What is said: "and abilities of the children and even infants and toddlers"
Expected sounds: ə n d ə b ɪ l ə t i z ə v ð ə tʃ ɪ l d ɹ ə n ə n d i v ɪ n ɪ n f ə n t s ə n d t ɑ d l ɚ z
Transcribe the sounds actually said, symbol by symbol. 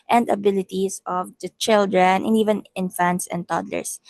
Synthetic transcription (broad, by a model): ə n d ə b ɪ l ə t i s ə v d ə tʃ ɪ l d ɹ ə n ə n i v ɪ n ɪ n f ə n t s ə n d t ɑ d l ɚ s